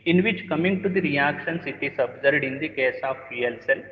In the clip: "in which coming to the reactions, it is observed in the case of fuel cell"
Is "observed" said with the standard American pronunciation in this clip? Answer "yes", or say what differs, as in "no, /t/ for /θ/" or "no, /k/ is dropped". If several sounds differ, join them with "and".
no, /v/ is dropped